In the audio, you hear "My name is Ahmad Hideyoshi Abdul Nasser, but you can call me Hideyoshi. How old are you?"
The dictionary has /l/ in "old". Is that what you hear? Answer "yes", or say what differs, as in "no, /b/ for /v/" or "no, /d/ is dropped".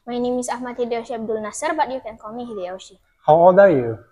no, /l/ is dropped